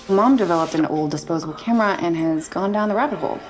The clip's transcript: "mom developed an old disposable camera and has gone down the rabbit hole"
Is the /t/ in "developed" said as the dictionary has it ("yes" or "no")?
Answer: yes